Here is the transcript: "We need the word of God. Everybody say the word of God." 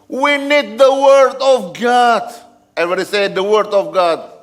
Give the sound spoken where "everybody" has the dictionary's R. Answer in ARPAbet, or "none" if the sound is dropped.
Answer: none